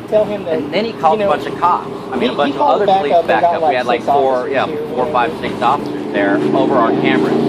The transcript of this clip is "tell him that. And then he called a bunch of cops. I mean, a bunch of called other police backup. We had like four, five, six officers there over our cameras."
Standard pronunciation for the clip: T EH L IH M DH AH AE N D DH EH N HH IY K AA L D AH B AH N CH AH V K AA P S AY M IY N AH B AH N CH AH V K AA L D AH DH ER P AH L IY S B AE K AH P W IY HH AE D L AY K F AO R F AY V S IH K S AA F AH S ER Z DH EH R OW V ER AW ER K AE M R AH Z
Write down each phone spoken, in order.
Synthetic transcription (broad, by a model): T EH L IH M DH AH N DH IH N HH IY K AA L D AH B AH N CH AH V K AA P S AY M IY N AH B AH CH AH V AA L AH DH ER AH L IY B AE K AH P W IY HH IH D L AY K F AO R F AY V S IH K S AA F AH S ER Z DH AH R OW V ER AW ER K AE M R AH